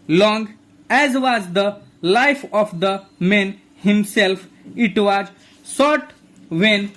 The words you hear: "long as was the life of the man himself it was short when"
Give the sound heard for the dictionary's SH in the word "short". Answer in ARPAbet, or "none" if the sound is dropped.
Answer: S